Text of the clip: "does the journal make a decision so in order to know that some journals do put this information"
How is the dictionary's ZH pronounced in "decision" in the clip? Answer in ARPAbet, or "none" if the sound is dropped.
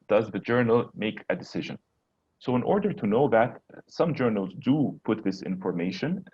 ZH